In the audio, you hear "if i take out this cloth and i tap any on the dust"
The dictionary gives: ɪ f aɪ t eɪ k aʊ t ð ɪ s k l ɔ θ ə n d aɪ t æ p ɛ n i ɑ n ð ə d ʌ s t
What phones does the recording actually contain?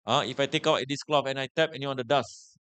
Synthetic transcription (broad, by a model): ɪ f aɪ t eɪ k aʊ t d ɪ s k l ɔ f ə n aɪ t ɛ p ɛ n i ɑ n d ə d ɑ s